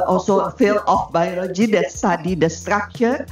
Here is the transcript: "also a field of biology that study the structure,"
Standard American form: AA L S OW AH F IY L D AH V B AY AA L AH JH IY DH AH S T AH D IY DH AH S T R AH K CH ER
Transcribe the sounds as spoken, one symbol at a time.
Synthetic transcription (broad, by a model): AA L S OW AH F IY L AH F B AY AA L AH JH IY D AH S T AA D IY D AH S T R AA K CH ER